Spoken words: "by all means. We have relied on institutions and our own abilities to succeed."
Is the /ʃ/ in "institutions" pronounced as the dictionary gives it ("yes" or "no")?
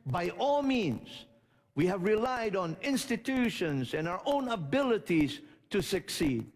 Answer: yes